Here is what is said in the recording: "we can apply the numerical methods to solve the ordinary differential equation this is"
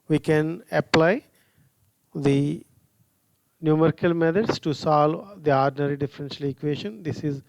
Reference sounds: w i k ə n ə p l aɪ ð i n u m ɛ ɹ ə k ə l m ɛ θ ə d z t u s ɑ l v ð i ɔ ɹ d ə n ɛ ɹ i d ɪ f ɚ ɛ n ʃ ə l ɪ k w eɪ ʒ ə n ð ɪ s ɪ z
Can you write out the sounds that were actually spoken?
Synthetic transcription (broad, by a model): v i k ə n ə p l aɪ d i n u m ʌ ɹ k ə l m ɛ t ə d s t u s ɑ l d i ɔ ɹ d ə n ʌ ɹ i d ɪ f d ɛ n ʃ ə l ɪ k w eɪ ʃ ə n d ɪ s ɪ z